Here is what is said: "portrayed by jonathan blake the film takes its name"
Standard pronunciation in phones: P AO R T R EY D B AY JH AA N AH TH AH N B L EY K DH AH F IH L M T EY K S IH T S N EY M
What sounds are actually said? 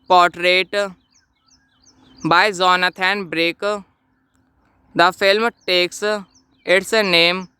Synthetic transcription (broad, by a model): P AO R T R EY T B AY Z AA N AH T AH N B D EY K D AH F IH L M T EY K S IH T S N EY M